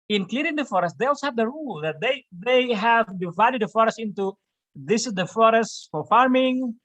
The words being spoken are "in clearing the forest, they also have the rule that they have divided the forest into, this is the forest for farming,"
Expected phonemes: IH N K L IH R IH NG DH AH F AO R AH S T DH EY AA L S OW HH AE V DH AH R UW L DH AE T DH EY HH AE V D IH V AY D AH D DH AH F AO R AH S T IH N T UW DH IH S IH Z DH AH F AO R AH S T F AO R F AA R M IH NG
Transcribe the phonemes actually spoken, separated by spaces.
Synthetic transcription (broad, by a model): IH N K L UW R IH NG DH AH F AO R AH S T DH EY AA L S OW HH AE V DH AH R UW L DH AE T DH EY HH AE V D IH V AY D AH D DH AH F AO R AH S T IH N T UW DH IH S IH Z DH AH F AO R AH S T F AO R F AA R M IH NG